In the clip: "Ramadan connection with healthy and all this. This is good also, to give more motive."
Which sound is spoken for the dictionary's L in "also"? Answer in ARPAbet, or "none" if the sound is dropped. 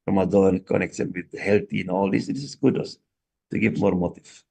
none